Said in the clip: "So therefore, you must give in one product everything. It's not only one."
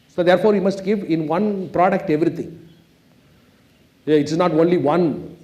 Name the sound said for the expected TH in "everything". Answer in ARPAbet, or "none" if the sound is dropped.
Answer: T